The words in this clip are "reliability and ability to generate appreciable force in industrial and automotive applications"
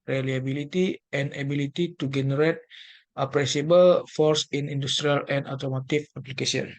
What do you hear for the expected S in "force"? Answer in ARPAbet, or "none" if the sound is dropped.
S